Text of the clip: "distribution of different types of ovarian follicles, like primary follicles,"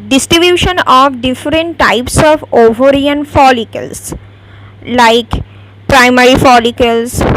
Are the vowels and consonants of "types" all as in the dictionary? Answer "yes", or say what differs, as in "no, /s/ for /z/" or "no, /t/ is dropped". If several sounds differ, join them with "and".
yes